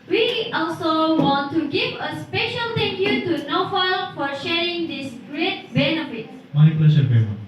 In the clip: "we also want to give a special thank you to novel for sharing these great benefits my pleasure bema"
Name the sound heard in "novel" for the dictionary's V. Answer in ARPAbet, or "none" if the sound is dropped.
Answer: F